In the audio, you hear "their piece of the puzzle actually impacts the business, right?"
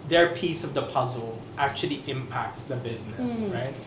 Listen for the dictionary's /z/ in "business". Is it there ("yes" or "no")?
yes